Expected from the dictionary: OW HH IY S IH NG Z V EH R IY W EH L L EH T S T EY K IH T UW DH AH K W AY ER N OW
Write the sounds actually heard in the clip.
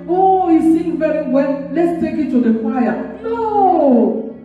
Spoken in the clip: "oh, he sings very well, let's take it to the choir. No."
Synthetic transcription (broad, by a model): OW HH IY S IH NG V EH R IY W EH L L EH T S T EY K IH T UW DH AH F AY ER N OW